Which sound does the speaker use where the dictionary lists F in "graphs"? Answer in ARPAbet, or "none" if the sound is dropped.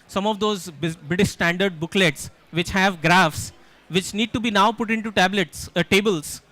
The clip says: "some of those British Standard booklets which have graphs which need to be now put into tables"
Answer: F